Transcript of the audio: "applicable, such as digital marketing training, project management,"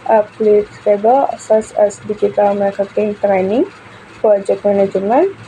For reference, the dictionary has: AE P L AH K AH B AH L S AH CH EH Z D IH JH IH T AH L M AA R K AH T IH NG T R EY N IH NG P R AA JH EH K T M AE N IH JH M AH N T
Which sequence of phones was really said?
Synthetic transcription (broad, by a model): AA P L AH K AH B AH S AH S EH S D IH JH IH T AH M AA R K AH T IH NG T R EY N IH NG P R AA JH EH K T M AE N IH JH M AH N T